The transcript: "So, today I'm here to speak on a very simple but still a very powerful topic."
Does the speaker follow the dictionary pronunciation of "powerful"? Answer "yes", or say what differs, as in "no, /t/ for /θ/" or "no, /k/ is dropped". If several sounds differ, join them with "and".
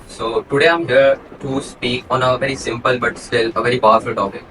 no, /b/ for /p/